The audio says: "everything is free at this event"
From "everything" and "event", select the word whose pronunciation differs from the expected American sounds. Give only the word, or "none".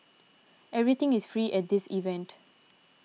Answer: everything